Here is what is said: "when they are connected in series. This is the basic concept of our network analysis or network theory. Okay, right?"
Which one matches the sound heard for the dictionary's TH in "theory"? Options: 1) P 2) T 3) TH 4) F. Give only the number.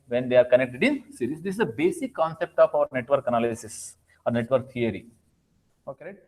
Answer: 2